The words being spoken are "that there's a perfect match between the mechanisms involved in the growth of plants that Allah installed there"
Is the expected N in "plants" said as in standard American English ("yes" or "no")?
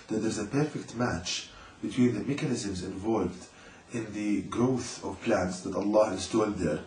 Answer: yes